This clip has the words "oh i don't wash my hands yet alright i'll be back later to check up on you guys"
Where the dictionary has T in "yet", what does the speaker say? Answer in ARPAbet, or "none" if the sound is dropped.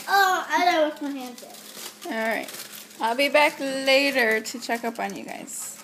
none